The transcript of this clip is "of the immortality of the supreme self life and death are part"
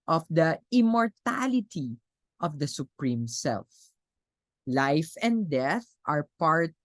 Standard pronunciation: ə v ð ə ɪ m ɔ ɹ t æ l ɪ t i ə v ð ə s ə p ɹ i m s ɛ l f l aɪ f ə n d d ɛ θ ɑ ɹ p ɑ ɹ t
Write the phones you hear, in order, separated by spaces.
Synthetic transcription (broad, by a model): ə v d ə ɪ m ɔ ɹ t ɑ l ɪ t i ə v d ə s ə p ɹ i m s ɛ l f l aɪ f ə n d d ɛ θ ɑ ɹ p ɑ ɹ t